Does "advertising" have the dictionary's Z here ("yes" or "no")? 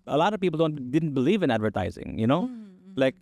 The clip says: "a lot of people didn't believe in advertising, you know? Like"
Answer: yes